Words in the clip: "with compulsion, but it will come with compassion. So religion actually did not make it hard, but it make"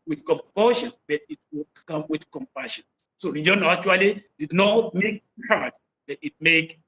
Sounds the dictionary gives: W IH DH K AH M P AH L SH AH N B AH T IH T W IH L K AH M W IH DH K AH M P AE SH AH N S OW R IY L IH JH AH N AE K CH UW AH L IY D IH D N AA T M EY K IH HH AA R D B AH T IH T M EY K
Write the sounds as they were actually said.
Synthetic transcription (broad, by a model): W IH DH K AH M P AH SH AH N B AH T IH T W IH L K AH M W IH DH K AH M P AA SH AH N S OW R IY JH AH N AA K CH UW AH L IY D IH D N AA T M EY K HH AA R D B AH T IH T M EY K